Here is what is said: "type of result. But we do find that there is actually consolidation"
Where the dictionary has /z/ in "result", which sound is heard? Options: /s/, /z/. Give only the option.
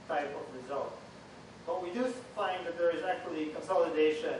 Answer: /z/